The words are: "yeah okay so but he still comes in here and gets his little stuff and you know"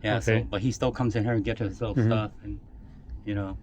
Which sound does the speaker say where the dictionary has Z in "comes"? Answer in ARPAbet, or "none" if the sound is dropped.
Z